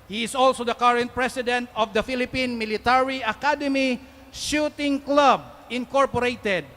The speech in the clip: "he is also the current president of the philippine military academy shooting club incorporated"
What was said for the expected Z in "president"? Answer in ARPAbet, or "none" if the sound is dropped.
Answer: S